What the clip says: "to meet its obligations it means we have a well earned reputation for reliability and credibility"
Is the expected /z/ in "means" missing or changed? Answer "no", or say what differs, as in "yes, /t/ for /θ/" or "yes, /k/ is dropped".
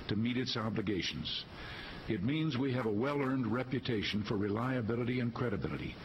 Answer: no